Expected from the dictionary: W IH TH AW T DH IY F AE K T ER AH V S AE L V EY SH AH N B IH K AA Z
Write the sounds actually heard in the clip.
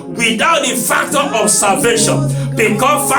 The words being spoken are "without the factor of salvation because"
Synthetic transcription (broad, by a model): W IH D AW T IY F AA K T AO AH B S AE V EY SH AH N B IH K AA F